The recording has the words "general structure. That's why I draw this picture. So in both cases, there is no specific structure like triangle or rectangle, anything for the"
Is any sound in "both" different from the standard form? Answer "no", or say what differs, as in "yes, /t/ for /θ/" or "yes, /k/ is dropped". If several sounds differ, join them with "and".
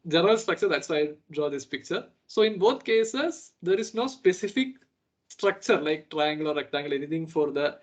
yes, /t/ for /θ/